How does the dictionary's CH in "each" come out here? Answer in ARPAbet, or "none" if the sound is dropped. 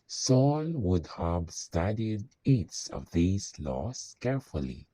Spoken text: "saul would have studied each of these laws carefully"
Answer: S